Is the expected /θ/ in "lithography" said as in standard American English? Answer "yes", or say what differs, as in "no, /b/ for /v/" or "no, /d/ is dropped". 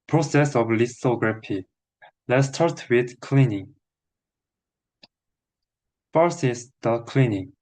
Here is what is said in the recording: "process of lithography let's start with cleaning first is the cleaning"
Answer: no, /s/ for /θ/